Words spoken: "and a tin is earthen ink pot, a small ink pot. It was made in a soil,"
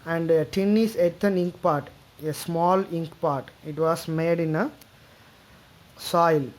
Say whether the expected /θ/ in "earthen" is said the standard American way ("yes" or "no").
no